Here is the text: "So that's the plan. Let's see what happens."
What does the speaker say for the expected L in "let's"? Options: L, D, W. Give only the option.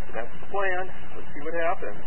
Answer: W